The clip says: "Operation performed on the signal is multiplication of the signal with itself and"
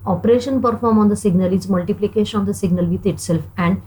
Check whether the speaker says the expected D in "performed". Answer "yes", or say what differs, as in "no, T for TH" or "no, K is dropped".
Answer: no, D is dropped